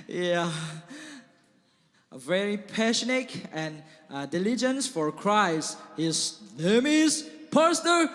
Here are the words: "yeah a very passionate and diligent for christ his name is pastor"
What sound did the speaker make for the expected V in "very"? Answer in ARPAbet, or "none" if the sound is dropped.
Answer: V